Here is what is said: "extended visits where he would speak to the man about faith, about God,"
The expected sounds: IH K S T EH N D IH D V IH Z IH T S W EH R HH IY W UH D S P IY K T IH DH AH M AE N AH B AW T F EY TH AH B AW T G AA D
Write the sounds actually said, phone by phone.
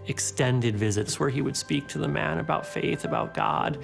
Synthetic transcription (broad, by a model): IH K S T EH N D IH D V IH Z IH T S W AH R IY W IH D S P IY K T IH DH AH M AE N AH B AW T F EY TH AH B AW T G AA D